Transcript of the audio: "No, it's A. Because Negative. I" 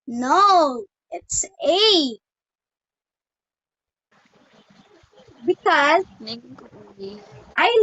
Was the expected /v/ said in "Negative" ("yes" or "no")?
no